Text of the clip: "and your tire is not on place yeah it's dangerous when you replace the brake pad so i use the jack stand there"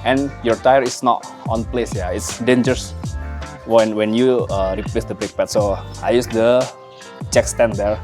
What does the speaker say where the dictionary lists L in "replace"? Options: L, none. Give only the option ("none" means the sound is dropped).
L